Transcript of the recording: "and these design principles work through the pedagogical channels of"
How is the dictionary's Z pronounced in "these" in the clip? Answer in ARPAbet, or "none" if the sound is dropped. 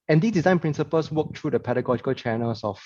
S